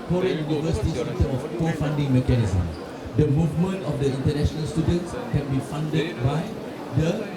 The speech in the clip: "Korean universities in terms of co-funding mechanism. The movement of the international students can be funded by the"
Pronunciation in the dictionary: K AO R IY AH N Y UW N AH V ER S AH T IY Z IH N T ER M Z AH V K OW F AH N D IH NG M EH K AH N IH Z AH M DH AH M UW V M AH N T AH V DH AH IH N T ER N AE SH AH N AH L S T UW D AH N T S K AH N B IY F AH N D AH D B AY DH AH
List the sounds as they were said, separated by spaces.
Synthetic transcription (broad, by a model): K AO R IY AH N Y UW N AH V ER S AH T IY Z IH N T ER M AH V K OW F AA N D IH NG M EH K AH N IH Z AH M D AH M UW V M AH N T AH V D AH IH N T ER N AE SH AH N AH L S T UW D AH N T S K AH N B IY F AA N D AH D B AY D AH